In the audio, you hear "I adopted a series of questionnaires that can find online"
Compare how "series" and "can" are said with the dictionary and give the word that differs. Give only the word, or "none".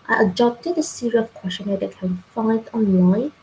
series